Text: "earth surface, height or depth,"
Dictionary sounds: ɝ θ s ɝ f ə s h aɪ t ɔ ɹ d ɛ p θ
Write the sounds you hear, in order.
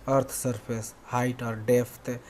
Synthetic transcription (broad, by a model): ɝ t s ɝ p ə s h aɪ t ɔ ɹ d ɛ p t